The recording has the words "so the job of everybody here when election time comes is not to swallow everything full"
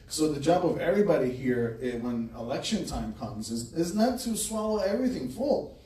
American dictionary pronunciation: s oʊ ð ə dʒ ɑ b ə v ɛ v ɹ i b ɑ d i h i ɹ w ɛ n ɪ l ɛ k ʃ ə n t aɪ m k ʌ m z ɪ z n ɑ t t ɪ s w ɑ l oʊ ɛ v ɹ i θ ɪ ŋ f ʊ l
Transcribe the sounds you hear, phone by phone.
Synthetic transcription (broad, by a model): s oʊ ð ə dʒ ɑ b ə v ɛ v ɹ i b ɑ d i h i ɹ w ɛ n ɪ l ɛ k ʃ ə n t aɪ m k ʌ m z ɪ z n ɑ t t ɪ s w ɑ l oʊ ɛ v ɹ i θ ɪ ŋ f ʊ l